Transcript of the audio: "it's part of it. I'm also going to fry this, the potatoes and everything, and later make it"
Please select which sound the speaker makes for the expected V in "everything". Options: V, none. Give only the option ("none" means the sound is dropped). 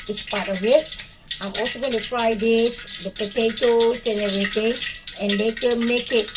none